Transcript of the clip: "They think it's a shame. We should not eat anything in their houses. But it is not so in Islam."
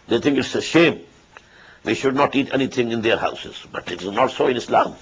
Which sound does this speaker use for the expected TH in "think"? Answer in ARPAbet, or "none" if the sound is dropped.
T